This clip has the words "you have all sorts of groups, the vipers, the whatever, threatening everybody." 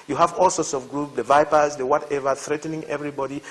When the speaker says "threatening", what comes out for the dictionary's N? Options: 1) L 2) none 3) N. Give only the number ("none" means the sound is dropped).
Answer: 3